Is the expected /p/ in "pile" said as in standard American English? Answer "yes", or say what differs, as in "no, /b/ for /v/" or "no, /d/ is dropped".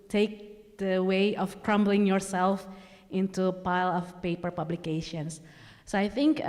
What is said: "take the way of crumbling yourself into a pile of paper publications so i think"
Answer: yes